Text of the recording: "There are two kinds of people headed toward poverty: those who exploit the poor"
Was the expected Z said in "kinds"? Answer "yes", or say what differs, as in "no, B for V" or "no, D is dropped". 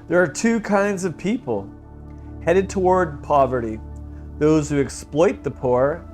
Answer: yes